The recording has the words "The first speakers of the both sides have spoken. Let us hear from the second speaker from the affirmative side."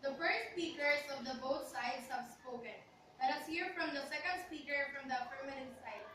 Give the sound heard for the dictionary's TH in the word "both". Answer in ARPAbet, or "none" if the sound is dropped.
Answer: T